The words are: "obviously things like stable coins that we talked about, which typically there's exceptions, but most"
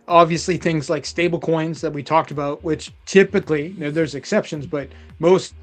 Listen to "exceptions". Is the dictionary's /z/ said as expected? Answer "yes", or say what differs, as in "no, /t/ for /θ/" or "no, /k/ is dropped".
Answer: yes